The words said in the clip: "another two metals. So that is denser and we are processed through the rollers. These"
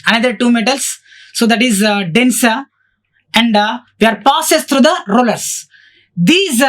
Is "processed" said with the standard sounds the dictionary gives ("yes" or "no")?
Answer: no